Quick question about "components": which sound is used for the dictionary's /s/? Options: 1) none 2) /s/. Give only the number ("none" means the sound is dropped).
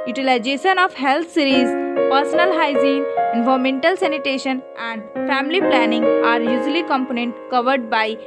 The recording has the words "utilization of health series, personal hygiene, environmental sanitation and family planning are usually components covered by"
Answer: 1